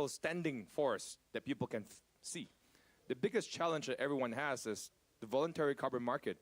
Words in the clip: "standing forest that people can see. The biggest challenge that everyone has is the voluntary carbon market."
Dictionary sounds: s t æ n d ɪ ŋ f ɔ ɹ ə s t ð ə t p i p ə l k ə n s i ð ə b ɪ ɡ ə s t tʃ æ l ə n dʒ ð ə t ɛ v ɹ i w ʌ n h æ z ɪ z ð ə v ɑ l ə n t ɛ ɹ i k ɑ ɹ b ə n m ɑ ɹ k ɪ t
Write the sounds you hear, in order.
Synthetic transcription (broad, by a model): s t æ n d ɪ ŋ f ɔ ɹ s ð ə t p i p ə l k ə n s i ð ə b ɪ ɡ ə s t tʃ æ l ə n dʒ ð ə t ɛ v ɹ i w ʌ n h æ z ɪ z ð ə v ɑ l ə n t ɛ ɹ i k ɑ ɹ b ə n m ɑ ɹ k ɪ t